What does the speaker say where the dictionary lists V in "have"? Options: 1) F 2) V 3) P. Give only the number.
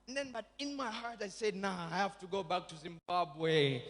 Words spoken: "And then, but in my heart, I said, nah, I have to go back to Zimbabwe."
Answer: 1